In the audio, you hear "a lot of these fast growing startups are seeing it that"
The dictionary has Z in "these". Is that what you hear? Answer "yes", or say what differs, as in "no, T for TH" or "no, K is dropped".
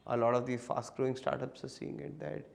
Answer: no, Z is dropped